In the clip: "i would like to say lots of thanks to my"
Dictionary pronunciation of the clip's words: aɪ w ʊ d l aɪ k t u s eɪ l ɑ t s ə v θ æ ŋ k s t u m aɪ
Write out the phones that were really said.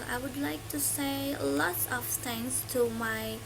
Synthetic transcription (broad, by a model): aɪ w ʊ d l aɪ k t u s eɪ l ɑ t s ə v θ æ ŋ s t u m aɪ